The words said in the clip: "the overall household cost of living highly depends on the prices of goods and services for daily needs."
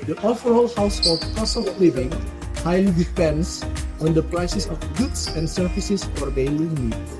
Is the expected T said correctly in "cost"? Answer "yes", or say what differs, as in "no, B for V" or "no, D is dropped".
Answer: no, T is dropped